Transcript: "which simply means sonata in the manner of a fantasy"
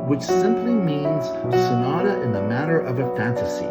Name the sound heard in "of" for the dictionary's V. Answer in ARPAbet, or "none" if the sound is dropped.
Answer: V